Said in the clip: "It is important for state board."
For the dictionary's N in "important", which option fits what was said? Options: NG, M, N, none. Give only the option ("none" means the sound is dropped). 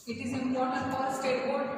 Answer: none